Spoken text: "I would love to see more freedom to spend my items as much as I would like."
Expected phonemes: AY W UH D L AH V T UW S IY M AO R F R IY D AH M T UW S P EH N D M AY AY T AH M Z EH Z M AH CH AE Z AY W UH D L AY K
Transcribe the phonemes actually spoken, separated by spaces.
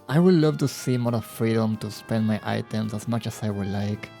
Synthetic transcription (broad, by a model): AY W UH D L AH V T UW S IY M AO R F R IY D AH M T UW S P EH N D M AY AY T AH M S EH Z M AH CH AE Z AY W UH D L AY K